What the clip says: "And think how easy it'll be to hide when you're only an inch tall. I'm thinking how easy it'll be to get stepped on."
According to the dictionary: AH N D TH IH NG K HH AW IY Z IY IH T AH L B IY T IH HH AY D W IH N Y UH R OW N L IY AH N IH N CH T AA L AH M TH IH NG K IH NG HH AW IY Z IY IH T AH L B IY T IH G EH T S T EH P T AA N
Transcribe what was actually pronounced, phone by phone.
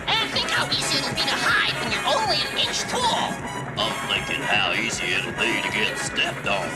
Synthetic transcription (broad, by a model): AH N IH TH IH NG K HH AW IY Z IY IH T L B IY T IH HH AY D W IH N Y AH R OW N L IY AH N IH N CH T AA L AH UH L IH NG K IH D HH AW IY Z IY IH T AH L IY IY T IH G EH T S T EH P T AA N